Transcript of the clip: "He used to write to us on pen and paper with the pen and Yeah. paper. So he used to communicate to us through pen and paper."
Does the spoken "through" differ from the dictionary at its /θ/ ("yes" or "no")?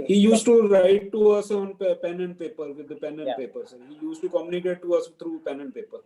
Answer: yes